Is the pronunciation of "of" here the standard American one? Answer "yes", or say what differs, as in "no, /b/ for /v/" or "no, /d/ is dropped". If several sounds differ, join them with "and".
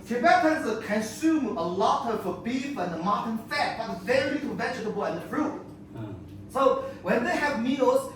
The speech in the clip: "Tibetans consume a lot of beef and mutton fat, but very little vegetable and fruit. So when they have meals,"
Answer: no, /f/ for /v/